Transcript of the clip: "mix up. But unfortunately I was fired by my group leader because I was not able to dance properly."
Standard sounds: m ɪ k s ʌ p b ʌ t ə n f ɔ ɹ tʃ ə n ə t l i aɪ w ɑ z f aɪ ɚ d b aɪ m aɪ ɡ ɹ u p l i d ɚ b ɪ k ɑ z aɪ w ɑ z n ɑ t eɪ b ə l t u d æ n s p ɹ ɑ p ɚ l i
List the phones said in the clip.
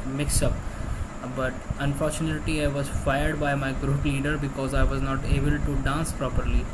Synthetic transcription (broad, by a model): m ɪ k s ʌ p b ʌ t ə n f ɔ ɹ tʃ ə n ə t l i aɪ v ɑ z f aɪ ɚ d b aɪ m aɪ ɡ ɹ u p l i d ɚ b ɪ k ɑ z aɪ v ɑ z n ɑ t eɪ b ə l t u d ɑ n s p ɹ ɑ p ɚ l i